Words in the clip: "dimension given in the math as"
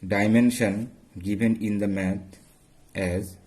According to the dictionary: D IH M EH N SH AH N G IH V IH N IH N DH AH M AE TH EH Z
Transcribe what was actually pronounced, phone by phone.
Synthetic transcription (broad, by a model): D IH M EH N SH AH N G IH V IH N IH N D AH M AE T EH Z